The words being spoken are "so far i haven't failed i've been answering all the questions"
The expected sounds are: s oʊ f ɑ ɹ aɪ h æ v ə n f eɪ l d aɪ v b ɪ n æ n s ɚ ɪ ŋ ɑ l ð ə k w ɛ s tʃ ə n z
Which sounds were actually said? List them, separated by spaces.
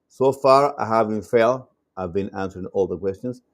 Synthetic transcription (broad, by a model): s oʊ f ɑ ɹ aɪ h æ v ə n f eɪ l aɪ v b ɪ n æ n s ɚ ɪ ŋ ɑ l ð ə k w ɛ s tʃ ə n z